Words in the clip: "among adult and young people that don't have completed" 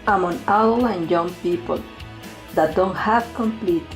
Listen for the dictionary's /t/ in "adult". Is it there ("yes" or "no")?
no